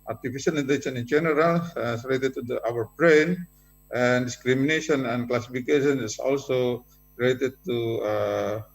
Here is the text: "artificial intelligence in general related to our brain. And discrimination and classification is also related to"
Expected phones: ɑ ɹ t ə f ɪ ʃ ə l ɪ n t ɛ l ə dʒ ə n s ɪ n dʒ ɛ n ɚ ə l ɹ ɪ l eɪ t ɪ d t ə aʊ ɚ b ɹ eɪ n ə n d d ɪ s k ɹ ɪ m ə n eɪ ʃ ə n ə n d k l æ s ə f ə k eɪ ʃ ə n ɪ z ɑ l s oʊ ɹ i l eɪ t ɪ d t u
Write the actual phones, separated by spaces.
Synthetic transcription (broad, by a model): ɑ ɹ t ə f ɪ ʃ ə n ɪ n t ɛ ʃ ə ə n ɪ n dʒ ɛ n ɚ ə l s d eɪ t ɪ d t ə aʊ ɚ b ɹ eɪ n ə n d d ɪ s k ɹ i m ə n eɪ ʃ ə n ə n k l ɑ s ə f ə k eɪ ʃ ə n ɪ s ɑ l s oʊ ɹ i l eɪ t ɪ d t u